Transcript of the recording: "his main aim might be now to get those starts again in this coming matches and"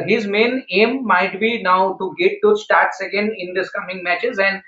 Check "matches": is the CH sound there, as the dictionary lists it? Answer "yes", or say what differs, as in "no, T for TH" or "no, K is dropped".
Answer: yes